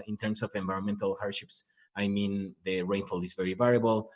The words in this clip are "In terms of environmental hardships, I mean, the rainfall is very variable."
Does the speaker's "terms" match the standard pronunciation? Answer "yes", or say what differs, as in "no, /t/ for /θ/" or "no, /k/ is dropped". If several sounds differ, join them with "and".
no, /s/ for /z/